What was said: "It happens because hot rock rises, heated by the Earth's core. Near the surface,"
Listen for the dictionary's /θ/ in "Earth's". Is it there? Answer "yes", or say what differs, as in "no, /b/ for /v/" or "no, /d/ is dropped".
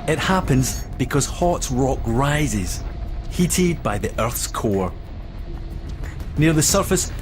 yes